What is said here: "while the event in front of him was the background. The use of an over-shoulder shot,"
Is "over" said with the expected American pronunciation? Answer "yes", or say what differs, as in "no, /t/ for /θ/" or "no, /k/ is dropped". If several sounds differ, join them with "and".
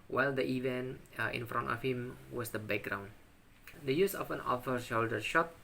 no, /f/ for /v/